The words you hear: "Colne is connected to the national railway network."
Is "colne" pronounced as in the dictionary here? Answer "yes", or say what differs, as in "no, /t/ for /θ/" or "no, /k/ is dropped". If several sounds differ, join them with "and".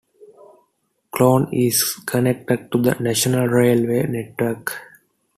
no, /l/ is dropped